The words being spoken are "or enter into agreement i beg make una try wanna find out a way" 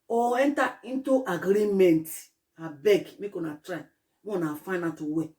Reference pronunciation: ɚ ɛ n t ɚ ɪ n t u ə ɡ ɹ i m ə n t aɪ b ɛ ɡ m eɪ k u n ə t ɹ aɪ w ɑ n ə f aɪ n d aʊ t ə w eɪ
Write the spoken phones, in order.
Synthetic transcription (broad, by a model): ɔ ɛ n t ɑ ɪ n t u ə ɡ ɹ i m ə n t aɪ b ɛ ɡ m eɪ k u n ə t ɹ aɪ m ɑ n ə f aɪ n aʊ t ə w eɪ